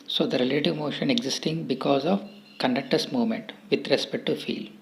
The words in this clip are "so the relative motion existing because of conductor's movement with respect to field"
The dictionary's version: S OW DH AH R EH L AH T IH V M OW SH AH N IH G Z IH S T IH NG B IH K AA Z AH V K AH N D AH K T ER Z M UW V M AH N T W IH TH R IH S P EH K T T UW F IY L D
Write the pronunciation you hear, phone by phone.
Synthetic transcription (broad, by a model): S OW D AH R EH L AH T IH V M OW SH AH N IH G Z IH S T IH NG B IH K AA Z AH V K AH N D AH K T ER S M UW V M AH N T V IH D R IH S P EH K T T UW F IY L